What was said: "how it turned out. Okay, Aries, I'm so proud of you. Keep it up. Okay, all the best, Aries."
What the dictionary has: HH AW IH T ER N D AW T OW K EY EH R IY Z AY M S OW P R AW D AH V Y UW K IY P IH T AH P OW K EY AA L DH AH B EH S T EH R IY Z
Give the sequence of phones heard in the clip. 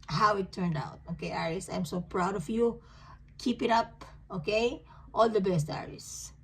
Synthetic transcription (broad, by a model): HH AW IH T ER N D AW T OW K EY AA R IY S AY M S OW P R AW D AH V Y UW K IY P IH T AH P OW K EY AA L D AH B EH S T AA R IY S